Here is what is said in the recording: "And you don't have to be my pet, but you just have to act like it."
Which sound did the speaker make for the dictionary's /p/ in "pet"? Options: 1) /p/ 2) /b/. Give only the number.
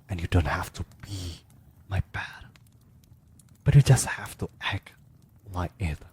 2